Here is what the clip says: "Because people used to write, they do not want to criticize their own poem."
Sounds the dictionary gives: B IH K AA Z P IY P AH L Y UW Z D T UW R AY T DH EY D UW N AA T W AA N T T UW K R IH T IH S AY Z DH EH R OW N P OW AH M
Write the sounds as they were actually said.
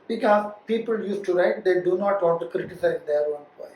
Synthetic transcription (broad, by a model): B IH K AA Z P IY P AH L Y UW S T UW R AY T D EY D UW N AA T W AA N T T UW K R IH T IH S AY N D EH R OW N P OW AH